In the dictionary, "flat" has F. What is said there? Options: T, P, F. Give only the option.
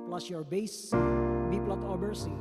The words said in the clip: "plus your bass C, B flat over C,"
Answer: P